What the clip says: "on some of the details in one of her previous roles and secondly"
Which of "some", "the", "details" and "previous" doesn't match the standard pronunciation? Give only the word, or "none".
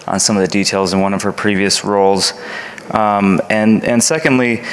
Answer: none